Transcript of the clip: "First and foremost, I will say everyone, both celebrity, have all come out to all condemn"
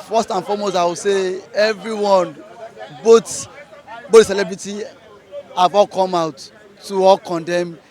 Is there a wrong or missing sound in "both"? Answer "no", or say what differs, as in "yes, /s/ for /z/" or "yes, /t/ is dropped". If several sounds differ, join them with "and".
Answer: yes, /t/ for /θ/